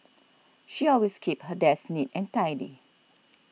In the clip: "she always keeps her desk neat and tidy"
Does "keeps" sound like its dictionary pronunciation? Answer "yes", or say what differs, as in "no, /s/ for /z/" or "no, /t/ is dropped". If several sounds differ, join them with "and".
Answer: no, /s/ is dropped